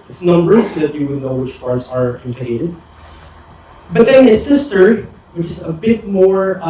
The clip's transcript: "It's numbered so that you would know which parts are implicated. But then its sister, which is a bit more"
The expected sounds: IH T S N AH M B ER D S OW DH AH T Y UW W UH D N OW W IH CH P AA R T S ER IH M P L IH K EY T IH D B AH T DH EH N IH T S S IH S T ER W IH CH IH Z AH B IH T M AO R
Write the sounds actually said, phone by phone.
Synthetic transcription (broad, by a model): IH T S N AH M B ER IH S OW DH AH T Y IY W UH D N OW W IH CH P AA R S ER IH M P IH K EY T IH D B AH T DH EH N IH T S S IH S T ER W IH CH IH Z AH B IH T M AO R